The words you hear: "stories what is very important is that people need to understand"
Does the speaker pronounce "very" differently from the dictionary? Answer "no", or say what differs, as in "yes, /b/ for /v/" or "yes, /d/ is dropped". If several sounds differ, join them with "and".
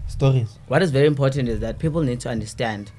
no